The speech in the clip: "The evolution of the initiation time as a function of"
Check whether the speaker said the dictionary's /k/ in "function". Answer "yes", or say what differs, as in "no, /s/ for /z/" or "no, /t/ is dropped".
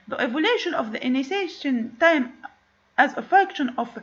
yes